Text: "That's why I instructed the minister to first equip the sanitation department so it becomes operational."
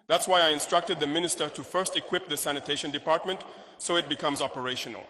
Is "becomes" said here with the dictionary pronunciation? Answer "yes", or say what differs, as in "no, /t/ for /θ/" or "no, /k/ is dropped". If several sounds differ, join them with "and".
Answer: yes